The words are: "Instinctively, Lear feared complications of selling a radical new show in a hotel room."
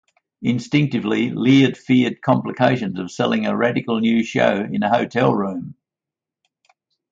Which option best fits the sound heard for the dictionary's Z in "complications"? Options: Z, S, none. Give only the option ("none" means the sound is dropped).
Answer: Z